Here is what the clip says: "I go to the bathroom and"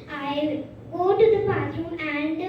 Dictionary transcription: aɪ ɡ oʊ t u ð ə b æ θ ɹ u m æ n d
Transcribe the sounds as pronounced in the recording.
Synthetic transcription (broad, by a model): aɪ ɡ oʊ t u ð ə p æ s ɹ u m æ n d